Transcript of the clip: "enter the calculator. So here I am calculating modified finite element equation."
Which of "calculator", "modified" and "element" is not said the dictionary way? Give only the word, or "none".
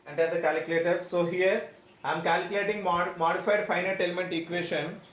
none